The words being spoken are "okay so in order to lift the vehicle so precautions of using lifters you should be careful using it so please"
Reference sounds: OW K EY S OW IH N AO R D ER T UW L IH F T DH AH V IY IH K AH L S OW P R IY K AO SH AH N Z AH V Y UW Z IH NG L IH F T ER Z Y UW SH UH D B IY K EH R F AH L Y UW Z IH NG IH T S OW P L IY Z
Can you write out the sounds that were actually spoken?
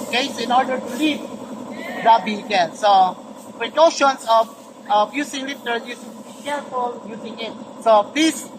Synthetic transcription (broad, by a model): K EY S IH N AO R D ER T UW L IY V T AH B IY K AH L S OW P R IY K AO SH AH N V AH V Y UW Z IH NG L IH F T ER Y UW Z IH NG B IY K EH R F AH L Y UW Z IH NG IH T S OW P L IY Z